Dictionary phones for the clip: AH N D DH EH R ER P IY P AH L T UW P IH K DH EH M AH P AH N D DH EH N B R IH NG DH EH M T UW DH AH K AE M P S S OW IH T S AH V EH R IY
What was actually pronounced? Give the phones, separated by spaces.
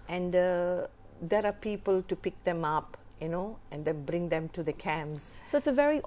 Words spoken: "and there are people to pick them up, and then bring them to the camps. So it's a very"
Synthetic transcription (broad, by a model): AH N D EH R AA P IY P AH L T UW P IH K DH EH M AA P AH N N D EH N B R IH NG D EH M T UW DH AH K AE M S S OW IH T S AH V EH R IY